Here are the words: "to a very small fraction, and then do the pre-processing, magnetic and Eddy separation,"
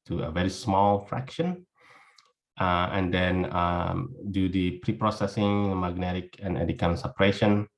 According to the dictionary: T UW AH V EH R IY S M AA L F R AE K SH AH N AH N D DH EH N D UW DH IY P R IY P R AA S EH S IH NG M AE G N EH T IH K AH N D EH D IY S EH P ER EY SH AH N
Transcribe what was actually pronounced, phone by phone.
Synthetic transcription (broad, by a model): T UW AH V EH R IY S M AA L F R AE K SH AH N AH N D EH N D UW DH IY P R IY P R AA S EH S IH NG M AE G N EH T IH K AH N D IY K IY S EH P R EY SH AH N